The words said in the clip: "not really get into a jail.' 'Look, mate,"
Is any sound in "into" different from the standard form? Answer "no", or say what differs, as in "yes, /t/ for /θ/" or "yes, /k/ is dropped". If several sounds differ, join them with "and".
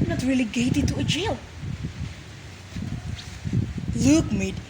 yes, /n/ is dropped